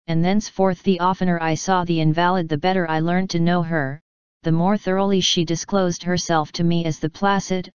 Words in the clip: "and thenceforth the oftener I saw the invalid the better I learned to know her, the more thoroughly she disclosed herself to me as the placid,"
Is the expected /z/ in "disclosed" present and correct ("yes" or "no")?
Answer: yes